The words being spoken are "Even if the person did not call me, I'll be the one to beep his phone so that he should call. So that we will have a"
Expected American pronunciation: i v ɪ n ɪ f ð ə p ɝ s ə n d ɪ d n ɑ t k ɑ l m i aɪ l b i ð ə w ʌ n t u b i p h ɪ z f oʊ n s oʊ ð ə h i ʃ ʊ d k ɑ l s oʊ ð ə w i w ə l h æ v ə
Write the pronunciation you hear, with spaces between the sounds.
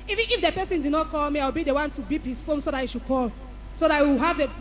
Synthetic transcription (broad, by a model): i v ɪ n ɪ f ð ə p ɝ s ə n d ɪ d n ɑ t k ɑ l m i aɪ w b i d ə w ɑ n t u b i p h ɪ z f oʊ n s oʊ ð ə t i ʃ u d k ɑ l s oʊ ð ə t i w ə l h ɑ v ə